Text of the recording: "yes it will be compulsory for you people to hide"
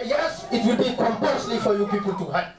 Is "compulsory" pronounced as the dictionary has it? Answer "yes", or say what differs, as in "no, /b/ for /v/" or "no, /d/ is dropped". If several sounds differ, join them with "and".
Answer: no, /n/ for /l/